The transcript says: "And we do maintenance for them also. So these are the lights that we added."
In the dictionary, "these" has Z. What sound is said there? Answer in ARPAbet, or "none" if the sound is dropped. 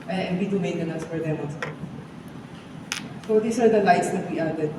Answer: S